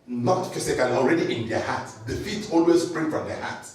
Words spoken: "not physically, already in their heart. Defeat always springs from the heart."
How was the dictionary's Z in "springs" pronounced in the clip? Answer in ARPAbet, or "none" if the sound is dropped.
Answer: none